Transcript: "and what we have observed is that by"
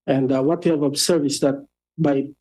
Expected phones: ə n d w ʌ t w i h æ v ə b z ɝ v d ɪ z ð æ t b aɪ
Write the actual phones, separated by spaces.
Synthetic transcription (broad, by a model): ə n d w ʌ t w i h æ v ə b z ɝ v ɪ s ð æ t b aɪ